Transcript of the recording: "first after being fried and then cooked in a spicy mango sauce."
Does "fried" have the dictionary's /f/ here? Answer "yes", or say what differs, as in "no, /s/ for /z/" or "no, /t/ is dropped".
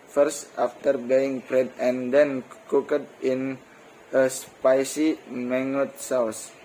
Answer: no, /p/ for /f/